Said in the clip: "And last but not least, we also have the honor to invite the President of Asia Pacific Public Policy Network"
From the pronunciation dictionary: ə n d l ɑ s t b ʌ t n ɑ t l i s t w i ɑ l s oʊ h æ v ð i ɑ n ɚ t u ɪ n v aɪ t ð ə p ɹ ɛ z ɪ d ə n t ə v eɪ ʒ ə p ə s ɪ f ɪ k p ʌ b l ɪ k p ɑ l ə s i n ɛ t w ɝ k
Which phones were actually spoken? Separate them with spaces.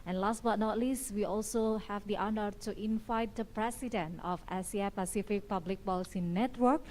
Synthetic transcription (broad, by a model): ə n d l ɑ s t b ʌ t n ɑ t l i s t w i ɑ l s oʊ h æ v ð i ɑ n ɚ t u ɪ n v aɪ t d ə p ɹ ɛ s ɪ d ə n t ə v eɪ s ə p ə s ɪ f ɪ k p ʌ b l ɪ k b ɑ l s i n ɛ t w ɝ k